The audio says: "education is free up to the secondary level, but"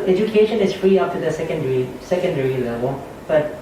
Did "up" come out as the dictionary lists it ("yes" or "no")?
no